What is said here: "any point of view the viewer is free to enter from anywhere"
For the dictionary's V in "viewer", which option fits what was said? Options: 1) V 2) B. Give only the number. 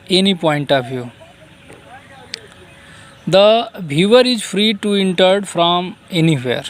2